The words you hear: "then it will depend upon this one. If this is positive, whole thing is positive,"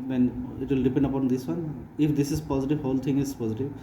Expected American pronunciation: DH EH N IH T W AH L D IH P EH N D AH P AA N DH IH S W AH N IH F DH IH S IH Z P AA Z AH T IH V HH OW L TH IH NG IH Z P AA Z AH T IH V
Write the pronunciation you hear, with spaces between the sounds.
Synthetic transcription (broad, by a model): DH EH N IH T W AH L D IH P EH N D AH P AA N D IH S W AH N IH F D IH S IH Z P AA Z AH T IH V HH OW L T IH NG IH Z P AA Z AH T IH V